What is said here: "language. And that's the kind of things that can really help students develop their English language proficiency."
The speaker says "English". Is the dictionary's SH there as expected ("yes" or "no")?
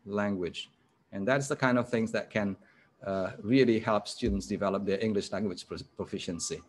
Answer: yes